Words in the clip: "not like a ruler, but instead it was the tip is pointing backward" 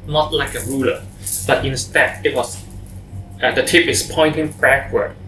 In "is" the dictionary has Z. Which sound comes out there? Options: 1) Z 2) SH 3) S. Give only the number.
3